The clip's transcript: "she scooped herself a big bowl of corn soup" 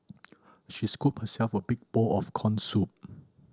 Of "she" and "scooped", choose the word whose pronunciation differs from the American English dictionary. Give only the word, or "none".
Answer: scooped